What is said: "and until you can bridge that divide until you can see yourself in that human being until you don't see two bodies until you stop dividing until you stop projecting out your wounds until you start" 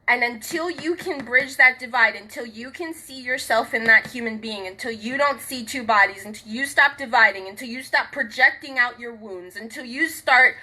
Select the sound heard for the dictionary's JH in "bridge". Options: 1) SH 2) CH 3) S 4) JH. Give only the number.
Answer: 4